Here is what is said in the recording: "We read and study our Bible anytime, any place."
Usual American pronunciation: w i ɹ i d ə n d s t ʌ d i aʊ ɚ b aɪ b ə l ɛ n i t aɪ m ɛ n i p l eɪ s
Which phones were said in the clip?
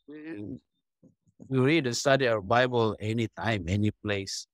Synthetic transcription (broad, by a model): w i w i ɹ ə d s t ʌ d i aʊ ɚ b aɪ b ə l ɛ n i t aɪ m ɛ n i p l eɪ s